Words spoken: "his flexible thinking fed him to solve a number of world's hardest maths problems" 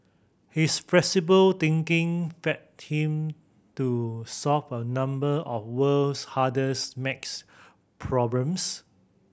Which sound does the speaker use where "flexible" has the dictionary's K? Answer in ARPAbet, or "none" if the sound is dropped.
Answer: none